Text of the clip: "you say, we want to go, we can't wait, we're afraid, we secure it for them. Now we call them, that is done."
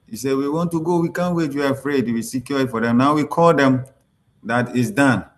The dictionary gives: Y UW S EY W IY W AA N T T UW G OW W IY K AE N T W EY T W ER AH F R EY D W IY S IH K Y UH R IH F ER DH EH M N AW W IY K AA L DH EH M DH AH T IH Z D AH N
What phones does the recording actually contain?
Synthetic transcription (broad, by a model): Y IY S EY W IY W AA N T T UW G OW W IY K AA N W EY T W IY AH F R EY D W IY S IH K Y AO L IH F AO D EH M N AW W IY K AA L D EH M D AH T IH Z D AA N